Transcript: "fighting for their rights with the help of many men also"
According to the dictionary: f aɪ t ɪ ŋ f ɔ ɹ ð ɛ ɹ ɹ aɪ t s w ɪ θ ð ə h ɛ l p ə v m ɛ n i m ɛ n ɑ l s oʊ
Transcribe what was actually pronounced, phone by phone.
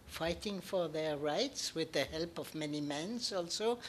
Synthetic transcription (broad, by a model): f aɪ t ɪ ŋ f ɔ ɹ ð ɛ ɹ ɹ aɪ t s w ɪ ð ə h ɛ l p ə v m ɛ n i m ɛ n ɑ l s oʊ